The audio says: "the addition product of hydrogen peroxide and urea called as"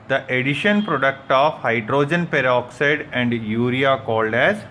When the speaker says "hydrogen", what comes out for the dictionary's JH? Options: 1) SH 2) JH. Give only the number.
2